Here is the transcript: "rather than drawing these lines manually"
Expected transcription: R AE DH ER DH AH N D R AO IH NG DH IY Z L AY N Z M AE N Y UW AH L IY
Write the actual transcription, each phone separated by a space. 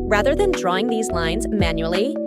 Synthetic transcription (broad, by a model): R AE DH ER DH AH N D R AO IH NG DH IY Z L AY N Z M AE N Y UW L IY